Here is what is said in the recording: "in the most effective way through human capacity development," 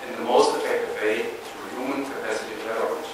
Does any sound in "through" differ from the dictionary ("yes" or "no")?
yes